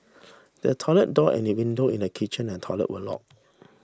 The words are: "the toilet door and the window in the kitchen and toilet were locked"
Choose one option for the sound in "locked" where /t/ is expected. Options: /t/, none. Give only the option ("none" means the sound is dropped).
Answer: none